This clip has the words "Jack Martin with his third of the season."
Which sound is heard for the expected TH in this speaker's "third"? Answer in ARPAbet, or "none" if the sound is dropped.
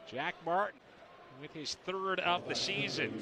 TH